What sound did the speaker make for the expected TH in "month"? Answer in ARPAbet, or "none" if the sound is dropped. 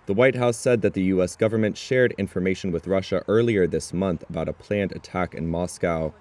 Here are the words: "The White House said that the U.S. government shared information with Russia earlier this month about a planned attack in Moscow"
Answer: TH